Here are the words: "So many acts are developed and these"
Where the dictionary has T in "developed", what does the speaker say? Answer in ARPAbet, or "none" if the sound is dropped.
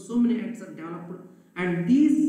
none